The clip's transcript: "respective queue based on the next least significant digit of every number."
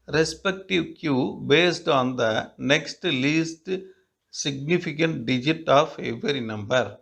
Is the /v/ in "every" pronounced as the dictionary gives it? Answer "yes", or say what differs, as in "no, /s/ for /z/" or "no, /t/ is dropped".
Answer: no, /v/ is dropped